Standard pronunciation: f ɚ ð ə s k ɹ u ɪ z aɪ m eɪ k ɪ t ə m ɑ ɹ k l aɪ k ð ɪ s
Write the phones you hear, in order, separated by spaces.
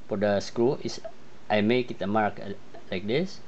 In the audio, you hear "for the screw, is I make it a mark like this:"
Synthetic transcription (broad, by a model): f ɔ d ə s k ɹ u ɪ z aɪ m eɪ k ɪ t ə m ɑ ɹ k l aɪ k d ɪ s